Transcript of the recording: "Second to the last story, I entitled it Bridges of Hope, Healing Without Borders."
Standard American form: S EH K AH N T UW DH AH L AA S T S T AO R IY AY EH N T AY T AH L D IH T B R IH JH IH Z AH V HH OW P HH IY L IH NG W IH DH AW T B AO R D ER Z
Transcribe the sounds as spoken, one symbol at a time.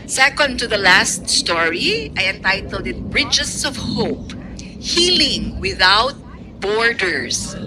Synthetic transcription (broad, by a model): S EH K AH N T UW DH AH L AA S T S T AO R IY AY EH N T AY T AH L D IH T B R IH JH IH S AH V HH OW P HH IY L IH NG W IH DH AW T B AO R D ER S